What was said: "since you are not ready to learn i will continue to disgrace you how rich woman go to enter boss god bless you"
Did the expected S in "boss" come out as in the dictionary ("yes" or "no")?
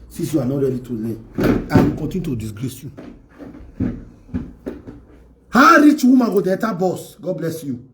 yes